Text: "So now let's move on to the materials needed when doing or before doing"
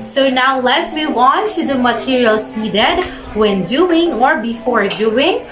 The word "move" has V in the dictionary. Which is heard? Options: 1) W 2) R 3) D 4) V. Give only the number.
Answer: 1